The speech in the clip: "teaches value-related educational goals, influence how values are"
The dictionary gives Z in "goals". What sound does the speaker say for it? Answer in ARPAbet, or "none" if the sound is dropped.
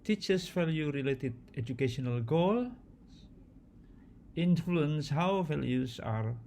none